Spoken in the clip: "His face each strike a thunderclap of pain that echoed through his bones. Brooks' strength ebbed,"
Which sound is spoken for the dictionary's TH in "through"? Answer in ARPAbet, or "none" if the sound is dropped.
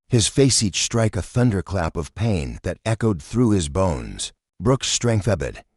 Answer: TH